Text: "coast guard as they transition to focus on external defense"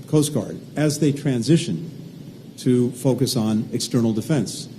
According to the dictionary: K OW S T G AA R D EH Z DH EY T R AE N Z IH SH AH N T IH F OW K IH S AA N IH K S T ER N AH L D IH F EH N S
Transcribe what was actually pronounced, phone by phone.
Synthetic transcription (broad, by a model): K OW S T G AA R D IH Z DH EY T R AE N Z IH SH AH N T IH F OW K IH S N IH K S T ER N L D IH F EH N S